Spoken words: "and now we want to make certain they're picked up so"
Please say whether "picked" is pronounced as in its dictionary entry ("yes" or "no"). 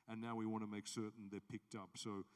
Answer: yes